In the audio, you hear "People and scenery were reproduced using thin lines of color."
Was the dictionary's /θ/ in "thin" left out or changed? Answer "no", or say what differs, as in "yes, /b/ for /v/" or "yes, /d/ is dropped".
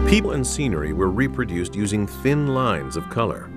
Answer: no